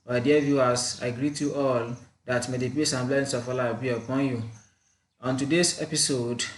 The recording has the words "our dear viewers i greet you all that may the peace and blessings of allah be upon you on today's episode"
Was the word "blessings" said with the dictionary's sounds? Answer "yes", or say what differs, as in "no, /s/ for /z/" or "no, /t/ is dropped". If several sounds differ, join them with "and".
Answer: no, /s/ is dropped